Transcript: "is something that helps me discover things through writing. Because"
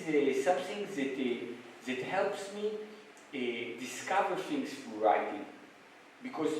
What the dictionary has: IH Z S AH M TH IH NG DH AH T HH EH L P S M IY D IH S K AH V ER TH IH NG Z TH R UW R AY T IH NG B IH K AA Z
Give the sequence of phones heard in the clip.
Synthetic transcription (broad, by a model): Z S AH M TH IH NG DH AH T HH EH L P S M IY D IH S K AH V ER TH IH NG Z F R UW R AY T IH NG B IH K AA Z